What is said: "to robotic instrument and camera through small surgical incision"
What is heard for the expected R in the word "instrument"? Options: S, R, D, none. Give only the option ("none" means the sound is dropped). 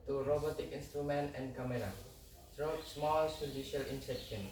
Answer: R